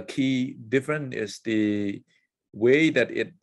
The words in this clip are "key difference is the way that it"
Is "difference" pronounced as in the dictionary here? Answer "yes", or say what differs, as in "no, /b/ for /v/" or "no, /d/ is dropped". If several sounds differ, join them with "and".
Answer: no, /s/ is dropped